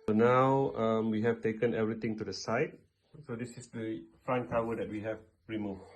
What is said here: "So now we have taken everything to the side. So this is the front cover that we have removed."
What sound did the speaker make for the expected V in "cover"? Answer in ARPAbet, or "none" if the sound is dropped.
W